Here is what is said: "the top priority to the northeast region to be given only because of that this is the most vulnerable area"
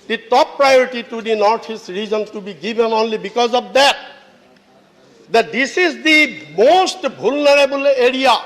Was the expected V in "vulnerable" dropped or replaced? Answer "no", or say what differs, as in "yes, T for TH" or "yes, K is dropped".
yes, B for V